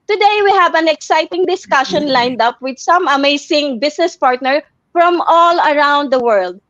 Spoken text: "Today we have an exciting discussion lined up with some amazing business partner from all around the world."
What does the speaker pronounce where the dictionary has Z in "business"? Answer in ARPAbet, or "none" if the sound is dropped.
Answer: S